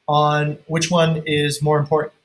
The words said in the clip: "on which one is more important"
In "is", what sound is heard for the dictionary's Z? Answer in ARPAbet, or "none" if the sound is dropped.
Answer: Z